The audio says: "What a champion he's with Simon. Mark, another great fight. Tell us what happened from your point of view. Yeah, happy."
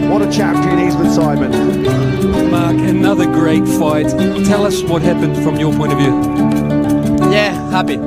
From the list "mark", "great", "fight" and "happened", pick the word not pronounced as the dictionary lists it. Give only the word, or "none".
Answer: none